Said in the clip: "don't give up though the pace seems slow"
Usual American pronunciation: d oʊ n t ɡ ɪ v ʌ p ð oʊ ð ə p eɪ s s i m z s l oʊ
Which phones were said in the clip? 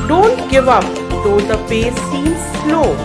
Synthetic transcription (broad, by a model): d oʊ n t ɡ ɪ v ʌ p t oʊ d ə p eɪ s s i z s l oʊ